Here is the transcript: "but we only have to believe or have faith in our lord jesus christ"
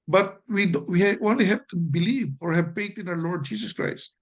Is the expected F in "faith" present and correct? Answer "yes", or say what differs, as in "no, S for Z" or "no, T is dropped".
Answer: no, P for F